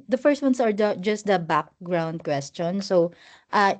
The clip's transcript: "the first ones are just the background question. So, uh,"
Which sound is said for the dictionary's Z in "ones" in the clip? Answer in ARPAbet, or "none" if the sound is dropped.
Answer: S